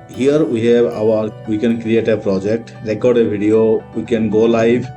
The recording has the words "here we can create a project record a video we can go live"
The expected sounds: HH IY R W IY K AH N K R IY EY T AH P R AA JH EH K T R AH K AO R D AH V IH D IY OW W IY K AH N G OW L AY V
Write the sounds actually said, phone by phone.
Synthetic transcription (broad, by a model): HH IY R W IY K AH N K R IY EY T AH P R AA JH EH K T R AH K AO R D AH B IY D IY OW W IY K AH N G OW L AY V